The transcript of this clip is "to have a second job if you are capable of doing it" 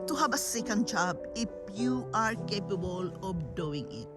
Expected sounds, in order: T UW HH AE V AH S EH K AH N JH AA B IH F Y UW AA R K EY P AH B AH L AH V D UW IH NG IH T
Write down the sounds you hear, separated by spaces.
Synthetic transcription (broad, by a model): T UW HH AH B AH S EH K AH N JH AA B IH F Y UW AA R K EY P AH B AH L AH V D UW IH NG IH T